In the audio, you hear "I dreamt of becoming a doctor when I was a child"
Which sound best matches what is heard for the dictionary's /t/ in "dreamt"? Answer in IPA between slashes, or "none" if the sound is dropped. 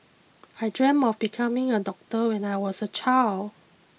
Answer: none